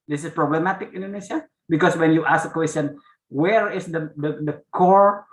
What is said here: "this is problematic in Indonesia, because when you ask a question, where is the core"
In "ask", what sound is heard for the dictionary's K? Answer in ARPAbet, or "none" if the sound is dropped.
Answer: none